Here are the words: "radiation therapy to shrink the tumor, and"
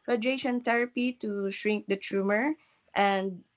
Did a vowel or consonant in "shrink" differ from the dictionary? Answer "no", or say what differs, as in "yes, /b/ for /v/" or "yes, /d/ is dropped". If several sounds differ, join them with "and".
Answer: no